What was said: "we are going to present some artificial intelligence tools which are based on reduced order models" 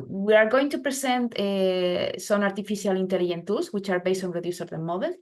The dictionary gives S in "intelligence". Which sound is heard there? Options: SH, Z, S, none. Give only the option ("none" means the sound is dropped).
none